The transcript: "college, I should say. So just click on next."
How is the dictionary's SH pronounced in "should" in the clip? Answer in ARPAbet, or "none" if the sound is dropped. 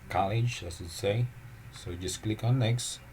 S